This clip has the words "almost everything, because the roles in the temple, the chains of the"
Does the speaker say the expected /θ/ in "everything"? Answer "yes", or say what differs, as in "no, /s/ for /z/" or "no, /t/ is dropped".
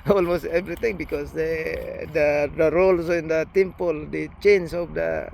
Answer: no, /t/ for /θ/